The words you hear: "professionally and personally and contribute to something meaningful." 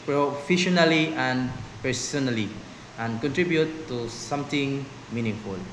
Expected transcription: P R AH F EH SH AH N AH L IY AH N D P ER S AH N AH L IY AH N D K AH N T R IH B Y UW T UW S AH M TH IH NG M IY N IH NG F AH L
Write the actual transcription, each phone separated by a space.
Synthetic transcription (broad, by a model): P R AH F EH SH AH N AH L IY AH N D P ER S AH N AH L IY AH N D K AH N T R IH B Y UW T UW S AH M T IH NG M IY N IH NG F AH L